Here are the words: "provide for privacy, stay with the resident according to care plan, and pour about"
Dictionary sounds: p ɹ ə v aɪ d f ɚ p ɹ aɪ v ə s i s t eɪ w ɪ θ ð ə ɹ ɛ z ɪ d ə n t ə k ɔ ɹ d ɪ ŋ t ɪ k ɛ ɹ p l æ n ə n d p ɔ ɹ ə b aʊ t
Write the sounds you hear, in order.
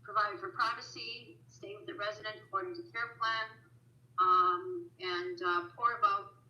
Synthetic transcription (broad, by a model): p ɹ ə v aɪ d f ɚ p ɹ aɪ v ə s i s t eɪ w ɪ ð ə ɹ ɛ z ɪ d ə n t ə k ɔ ɹ d ɪ ŋ t ɪ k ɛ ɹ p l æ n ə n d p ɔ ɹ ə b aʊ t